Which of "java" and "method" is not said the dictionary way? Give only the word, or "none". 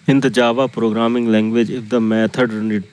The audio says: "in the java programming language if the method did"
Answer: method